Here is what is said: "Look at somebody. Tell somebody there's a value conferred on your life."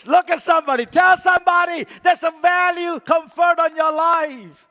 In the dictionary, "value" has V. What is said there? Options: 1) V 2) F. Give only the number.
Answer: 1